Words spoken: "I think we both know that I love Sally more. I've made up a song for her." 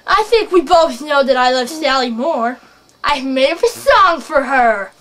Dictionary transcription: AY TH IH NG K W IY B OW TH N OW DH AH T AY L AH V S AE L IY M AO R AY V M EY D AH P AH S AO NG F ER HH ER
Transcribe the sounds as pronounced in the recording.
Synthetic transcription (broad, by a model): AY TH IH NG K W IY B OW TH N OW DH AH T AY L AH V S AE L IY M AO R AY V M EY IH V AH S AO NG F ER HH ER